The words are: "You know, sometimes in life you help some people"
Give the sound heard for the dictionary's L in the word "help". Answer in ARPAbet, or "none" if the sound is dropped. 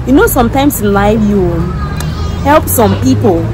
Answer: L